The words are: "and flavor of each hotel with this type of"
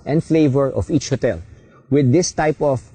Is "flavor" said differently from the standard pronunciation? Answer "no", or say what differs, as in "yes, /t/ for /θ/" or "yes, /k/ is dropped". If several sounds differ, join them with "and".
no